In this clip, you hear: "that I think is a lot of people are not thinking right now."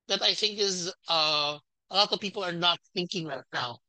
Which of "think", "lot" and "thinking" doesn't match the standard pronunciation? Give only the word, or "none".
none